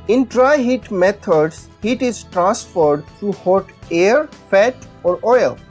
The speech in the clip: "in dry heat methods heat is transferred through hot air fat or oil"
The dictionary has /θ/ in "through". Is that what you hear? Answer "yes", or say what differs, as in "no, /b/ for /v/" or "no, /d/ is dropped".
no, /t/ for /θ/